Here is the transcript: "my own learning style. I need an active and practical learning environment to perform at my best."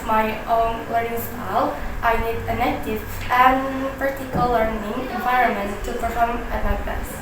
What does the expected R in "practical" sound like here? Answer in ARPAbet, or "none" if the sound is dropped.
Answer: none